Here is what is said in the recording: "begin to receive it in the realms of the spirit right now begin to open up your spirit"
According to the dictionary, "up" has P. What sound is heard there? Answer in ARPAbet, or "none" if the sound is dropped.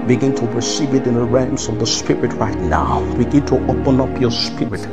P